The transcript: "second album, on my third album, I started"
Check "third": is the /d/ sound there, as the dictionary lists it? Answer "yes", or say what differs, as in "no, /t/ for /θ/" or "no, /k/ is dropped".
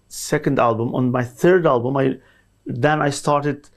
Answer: yes